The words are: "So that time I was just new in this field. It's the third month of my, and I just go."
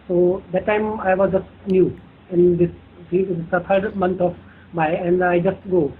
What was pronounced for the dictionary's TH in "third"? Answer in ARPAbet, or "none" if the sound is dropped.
T